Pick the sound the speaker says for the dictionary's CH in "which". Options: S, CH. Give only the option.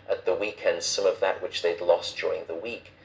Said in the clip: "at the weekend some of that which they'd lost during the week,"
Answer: CH